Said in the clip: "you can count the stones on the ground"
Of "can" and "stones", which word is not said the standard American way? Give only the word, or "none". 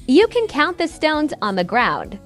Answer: none